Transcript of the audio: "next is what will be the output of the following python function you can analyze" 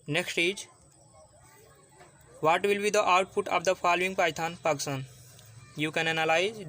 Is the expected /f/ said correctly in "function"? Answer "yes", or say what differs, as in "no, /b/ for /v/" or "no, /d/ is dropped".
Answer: no, /p/ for /f/